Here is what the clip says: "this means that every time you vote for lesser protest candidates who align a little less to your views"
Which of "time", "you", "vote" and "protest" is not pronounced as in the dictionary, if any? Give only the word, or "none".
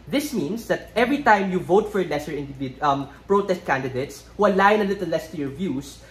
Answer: none